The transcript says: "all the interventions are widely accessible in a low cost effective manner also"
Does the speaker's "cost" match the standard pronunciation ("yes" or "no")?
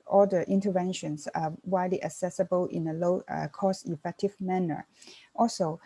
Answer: no